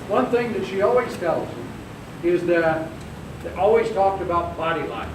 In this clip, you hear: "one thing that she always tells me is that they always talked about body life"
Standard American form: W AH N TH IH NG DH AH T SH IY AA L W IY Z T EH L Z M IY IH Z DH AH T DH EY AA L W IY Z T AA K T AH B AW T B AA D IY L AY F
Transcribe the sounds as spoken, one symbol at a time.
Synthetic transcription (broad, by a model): W AH N TH IH NG DH AH T SH IY AA L W IY Z T EH L Z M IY IH Z DH AH T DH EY AA L W IY Z T AA K T AH B AW T B AA D IY L AY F